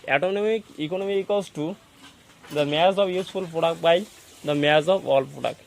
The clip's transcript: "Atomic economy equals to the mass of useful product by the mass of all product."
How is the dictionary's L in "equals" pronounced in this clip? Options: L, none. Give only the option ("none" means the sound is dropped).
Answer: none